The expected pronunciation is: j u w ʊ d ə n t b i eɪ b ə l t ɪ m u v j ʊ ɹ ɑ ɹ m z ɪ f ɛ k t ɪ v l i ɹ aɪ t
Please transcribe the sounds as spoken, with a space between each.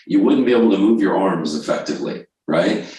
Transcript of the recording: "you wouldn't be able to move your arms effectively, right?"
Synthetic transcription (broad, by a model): j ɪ w ʊ d n b i eɪ b l t ɪ m u v j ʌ ɹ ɑ ɹ m z ɪ f ɛ k t ɪ v l i ɹ aɪ t